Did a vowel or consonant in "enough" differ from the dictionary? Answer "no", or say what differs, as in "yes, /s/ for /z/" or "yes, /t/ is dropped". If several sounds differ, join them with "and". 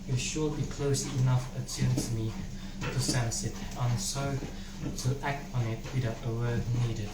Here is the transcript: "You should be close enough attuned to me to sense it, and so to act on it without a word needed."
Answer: no